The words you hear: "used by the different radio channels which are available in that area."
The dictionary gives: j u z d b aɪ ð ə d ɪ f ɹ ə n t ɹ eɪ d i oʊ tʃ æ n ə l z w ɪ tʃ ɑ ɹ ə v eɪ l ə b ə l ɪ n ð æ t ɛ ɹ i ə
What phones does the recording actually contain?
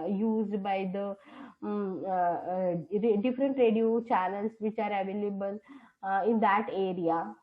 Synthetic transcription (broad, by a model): j u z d b aɪ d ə d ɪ f ɹ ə n t ɹ eɪ d i oʊ tʃ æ l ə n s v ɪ tʃ ɑ ɹ ə v eɪ l ə b ə l ɪ n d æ t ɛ ɹ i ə